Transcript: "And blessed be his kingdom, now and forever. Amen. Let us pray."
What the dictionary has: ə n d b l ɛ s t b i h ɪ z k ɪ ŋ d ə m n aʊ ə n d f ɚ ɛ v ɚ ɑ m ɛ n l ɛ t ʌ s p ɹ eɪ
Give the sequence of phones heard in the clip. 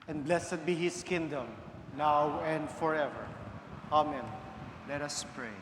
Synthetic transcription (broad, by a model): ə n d b l ɛ s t b i h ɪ s k ɪ ŋ d ə m n aʊ ə n d f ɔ ɛ v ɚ ɑ m ɛ n l ɛ t ʌ s p ɹ eɪ